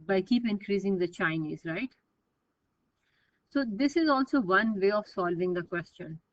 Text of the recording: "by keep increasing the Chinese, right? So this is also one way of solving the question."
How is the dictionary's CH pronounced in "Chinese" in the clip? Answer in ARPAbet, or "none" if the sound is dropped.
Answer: CH